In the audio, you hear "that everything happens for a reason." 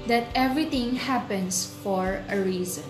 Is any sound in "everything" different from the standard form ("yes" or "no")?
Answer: yes